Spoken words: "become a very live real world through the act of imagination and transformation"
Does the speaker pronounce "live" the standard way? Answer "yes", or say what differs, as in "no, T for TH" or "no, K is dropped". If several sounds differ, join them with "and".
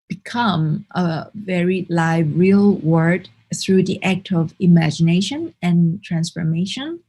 yes